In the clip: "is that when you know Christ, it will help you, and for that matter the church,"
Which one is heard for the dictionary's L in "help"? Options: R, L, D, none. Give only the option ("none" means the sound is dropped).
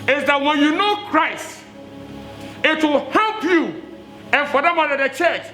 L